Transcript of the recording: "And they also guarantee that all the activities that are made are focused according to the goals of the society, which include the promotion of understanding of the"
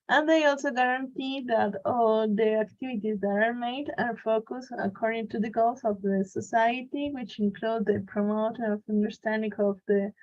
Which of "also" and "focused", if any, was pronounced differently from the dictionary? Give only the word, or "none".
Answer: focused